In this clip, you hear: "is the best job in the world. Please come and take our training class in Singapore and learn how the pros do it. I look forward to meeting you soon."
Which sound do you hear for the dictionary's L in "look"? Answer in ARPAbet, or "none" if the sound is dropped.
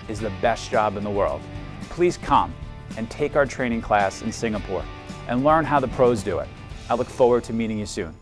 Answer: L